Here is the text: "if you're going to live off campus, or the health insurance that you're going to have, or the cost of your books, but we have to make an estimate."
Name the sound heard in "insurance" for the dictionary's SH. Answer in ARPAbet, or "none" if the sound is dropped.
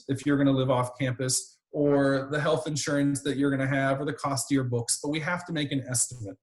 SH